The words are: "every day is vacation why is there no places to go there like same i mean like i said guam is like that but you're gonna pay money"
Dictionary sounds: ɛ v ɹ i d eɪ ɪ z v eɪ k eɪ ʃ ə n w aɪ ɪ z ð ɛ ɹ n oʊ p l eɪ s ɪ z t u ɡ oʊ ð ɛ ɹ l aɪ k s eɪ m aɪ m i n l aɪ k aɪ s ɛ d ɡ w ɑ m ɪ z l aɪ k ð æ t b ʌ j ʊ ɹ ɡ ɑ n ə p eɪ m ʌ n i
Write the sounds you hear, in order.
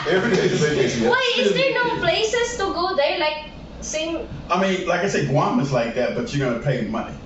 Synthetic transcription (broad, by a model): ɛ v ɹ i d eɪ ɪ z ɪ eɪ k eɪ s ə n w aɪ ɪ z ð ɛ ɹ n oʊ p l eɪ s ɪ s t u ɡ oʊ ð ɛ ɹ l aɪ k s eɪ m aɪ m i n l aɪ k aɪ s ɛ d ɡ w ɑ m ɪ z l aɪ k ð æ t b ʌ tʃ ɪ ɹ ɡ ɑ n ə p eɪ m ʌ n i